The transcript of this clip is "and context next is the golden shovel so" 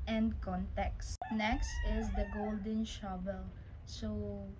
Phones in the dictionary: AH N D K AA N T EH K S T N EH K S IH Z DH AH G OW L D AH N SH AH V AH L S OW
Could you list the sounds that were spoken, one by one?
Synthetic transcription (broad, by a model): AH N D K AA N T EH K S N EH K S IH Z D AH G OW L D AH N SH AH B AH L S OW